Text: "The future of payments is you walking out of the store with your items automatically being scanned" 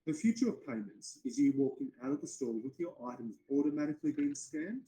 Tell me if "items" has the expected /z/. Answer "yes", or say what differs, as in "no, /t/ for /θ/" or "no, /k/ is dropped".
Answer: yes